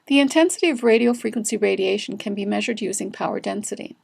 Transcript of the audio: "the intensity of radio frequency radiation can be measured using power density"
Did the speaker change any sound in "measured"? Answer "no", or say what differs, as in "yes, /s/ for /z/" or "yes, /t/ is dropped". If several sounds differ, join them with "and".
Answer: no